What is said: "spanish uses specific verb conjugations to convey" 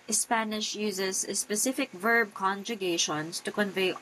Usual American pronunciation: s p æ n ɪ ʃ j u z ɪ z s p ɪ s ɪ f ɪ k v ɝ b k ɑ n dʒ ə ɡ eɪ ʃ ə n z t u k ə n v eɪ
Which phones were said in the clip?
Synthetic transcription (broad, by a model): s p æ n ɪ ʃ j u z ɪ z s p ɪ s ɪ f ɪ k v ɝ b k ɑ n dʒ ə ɡ eɪ ʃ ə n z t u k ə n v eɪ